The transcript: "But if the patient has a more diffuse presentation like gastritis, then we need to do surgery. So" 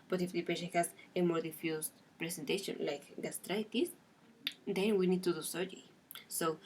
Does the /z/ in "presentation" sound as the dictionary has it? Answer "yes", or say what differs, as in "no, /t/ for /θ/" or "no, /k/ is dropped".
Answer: no, /s/ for /z/